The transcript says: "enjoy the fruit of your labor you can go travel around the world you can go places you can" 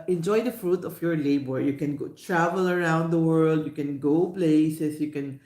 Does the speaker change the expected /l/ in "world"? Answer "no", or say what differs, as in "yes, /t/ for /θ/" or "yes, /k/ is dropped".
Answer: no